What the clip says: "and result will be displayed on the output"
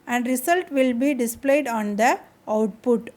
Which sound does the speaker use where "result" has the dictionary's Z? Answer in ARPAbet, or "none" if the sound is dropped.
S